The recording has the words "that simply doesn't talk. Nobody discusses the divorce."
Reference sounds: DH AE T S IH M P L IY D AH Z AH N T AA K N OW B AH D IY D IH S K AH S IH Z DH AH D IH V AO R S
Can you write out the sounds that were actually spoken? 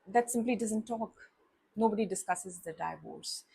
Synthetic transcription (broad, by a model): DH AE T S IH M P L IY D AH Z AH N T AA K N OW B AH D IY D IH S K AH S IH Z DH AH D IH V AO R S